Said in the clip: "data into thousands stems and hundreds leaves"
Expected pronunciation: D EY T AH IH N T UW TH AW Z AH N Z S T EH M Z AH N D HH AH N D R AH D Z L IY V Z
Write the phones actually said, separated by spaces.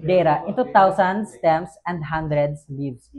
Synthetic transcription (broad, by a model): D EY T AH IH N T UW T AW S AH N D S T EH M S AH N D HH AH N D R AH D S L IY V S